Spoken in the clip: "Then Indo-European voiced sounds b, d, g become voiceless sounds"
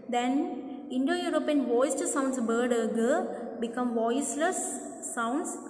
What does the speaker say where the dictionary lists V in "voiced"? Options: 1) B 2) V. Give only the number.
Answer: 2